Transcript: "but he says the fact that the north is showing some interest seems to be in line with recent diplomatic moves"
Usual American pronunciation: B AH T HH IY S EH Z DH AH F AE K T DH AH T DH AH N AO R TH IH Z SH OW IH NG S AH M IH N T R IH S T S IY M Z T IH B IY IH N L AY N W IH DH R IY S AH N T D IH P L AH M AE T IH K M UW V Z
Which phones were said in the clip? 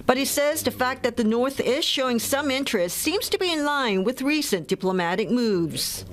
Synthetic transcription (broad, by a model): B AH T HH IY S EH Z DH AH F AE K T DH AH T DH AH N AO R TH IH SH OW IH NG S AH M IH N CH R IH S T S IY M Z T IH B IY IH N L AY N W IH DH R IY S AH N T D IH P L AH M AE T IH K M UW V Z